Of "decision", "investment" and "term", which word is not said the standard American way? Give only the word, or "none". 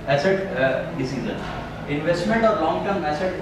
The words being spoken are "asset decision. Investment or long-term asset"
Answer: decision